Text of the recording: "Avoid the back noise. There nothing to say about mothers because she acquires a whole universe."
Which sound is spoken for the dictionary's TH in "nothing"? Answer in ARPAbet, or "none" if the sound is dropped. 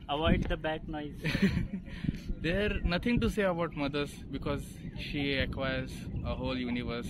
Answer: T